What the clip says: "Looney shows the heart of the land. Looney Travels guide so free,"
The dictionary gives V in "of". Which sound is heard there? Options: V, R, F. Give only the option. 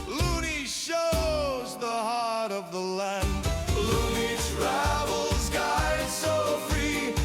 V